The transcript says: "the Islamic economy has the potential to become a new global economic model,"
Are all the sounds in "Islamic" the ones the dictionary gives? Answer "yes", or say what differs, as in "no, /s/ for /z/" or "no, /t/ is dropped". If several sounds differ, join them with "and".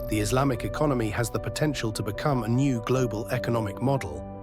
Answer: yes